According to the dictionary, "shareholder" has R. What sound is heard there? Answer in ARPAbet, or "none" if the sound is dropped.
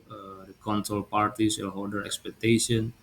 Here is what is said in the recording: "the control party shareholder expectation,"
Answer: L